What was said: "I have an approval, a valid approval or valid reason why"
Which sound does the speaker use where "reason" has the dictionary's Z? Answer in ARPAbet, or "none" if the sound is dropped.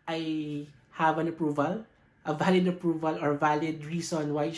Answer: S